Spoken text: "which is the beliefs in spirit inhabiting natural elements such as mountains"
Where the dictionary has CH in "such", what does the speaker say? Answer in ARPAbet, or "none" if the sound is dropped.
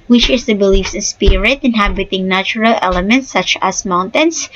CH